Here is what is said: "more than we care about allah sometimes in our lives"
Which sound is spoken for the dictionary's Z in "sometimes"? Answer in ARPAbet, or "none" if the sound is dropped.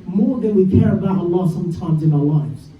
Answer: Z